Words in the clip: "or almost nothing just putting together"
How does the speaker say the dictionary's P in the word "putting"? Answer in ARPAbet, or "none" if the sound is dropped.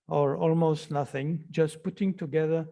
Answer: P